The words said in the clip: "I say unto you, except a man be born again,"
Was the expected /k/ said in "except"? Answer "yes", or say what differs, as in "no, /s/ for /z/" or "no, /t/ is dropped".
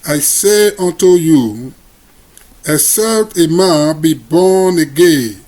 no, /k/ is dropped